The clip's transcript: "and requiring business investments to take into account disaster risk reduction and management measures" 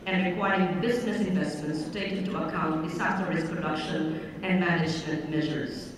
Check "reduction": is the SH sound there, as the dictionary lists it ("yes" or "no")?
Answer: yes